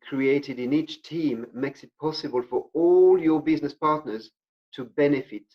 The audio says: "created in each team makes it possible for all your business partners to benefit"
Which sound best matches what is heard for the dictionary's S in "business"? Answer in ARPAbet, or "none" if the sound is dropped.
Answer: S